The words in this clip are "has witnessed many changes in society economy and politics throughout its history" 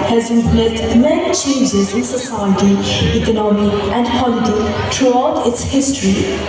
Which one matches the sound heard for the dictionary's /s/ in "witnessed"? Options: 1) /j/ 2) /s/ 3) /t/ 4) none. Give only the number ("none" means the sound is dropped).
4